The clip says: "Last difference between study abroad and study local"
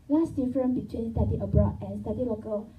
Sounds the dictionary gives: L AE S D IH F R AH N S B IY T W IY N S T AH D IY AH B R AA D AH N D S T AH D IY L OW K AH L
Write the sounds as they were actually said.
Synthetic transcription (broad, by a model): L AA S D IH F R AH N B IY T W IY N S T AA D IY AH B R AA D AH N S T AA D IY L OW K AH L